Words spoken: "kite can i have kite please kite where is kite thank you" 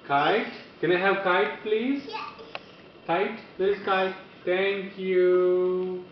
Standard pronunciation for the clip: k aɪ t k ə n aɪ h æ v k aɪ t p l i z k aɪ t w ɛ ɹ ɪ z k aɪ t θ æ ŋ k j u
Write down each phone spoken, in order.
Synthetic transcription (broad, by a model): k aɪ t k ə n aɪ h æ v k aɪ t p l i z k aɪ t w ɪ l k aɪ t t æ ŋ k j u